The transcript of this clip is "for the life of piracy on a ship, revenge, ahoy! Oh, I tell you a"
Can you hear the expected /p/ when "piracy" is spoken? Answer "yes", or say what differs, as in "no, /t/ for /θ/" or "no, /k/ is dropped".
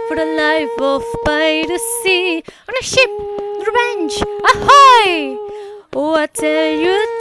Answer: no, /b/ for /p/